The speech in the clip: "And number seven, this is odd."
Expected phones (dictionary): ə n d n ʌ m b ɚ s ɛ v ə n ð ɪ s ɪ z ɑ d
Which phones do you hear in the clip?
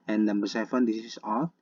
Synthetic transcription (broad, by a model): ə n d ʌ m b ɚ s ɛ f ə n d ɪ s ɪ s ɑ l